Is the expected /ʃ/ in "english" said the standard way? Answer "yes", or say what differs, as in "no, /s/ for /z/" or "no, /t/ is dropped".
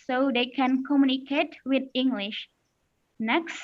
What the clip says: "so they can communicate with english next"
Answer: yes